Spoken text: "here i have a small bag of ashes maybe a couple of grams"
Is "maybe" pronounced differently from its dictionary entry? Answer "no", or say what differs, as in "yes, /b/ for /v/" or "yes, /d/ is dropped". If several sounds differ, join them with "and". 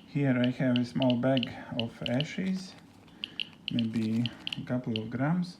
no